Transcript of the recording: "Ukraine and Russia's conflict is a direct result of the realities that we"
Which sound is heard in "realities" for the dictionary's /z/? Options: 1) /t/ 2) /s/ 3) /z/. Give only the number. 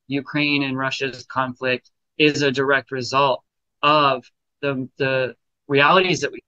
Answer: 3